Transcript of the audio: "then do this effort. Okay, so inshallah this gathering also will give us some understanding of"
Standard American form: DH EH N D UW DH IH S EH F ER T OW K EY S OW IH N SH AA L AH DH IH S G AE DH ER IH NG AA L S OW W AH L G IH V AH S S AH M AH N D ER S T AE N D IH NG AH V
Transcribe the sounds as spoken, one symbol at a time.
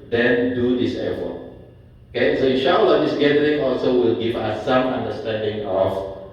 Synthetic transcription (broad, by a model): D EH N D UW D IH S EH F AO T OW K EY S OW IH SH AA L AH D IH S G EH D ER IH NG AA L S OW W AH L G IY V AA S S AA M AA N D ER S T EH N D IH NG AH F